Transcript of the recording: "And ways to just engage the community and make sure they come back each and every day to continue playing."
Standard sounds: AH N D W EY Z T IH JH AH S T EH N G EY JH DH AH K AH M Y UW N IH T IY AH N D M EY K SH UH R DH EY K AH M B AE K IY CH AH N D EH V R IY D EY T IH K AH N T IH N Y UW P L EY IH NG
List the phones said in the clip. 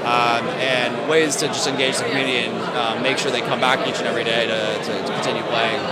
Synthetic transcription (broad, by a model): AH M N W EY Z T IH JH AH S T EH N G EY JH DH AH K M Y UW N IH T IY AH N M M EY K SH UH R DH EY K AH M B AE K IY CH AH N EH V R IY D EY T IH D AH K T IH N Y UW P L EY IH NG